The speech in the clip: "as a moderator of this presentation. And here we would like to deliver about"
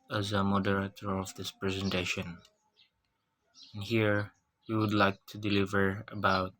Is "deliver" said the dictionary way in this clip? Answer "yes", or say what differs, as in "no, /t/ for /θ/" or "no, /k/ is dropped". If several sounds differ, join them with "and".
yes